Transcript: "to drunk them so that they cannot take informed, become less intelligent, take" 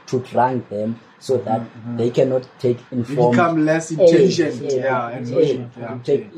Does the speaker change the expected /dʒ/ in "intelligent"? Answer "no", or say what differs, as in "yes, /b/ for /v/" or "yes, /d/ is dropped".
yes, /dʒ/ is dropped